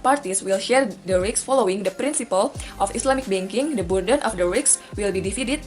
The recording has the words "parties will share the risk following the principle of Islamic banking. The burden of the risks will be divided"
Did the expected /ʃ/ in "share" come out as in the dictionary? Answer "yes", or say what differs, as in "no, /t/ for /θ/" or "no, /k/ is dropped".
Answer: yes